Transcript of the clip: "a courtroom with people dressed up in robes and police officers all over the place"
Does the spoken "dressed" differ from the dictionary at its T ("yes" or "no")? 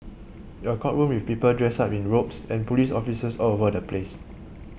yes